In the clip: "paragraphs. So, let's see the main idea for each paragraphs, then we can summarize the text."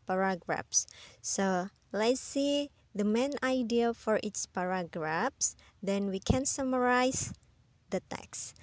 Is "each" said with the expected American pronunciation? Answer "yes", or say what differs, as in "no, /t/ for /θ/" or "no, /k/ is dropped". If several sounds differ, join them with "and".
no, /s/ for /tʃ/